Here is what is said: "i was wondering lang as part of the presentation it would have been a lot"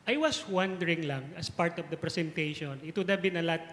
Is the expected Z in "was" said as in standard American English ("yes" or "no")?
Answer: no